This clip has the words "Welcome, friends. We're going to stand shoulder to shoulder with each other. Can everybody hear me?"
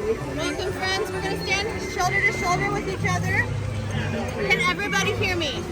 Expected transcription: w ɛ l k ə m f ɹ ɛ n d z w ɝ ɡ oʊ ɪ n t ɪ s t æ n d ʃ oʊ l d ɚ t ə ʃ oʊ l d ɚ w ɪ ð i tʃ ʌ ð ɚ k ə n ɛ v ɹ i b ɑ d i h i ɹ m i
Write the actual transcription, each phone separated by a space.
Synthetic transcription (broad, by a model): w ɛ l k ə m f ɹ ɛ n d z w ɝ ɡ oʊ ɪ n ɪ s t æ n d ʃ oʊ l d ɚ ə ʃ oʊ l d ɚ w ɪ ð i tʃ ʌ ð ɚ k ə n ɛ v ɹ i b ɑ d i h i ɹ m i